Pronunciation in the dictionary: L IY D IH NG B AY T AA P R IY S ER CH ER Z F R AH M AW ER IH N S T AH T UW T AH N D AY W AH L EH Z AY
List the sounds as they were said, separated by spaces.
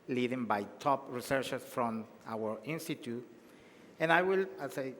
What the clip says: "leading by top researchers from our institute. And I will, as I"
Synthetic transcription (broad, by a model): L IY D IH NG B AY T AA P R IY S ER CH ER S F R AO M AW ER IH N S T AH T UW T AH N AY W AH L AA S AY